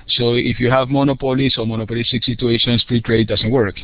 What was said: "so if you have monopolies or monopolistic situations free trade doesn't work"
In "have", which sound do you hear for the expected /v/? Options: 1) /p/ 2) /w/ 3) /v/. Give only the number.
3